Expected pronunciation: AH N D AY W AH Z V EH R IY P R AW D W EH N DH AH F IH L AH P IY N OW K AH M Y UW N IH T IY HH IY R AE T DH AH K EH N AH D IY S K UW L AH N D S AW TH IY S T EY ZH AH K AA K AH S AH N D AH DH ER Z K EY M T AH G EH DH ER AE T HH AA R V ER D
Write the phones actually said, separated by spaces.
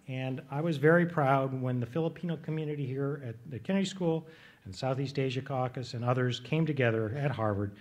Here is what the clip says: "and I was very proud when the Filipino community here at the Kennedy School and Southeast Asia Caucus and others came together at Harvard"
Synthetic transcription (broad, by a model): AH N AY W AH Z V EH R IY P R AW D W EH N DH AH F IH L AH P IY N OW K AH M Y UW N IH T IY HH IY R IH T DH AH K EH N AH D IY S K UW L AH N S AW TH IY S T EY ZH AH K AA K AH S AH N AH DH ER Z K EY M T AH G EH DH ER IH T HH AA R V ER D